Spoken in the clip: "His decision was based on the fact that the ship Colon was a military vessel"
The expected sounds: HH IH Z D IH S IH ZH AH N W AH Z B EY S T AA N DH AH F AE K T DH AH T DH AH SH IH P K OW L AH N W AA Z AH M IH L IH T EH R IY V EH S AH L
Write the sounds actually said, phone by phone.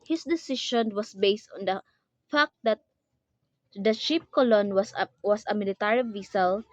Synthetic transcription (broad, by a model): HH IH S D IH S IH SH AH N W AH S B EY S T AA N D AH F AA K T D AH T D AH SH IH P K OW L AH N W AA S AH M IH L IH T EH R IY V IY S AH L